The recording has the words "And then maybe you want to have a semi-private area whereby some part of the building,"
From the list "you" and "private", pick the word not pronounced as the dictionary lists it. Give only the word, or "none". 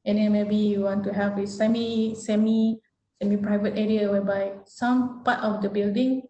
none